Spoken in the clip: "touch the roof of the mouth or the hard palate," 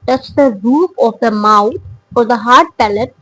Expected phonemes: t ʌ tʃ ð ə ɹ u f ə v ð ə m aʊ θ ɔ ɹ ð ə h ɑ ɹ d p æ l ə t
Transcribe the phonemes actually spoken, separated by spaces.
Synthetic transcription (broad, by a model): t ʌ tʃ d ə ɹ u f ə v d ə m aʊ f ɔ ɹ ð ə h ɑ ɹ d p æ l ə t